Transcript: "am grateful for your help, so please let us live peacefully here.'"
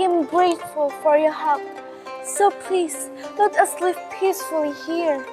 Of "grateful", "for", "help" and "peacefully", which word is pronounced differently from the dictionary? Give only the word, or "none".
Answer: help